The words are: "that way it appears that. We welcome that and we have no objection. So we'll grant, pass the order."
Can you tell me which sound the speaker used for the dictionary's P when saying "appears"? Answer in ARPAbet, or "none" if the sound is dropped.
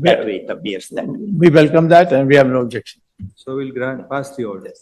none